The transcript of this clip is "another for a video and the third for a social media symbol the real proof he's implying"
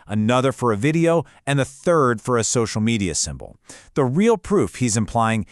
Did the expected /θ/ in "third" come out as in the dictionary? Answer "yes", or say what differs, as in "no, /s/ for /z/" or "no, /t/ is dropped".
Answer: yes